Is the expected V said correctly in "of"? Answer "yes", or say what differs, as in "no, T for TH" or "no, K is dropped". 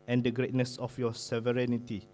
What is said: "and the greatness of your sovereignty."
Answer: no, F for V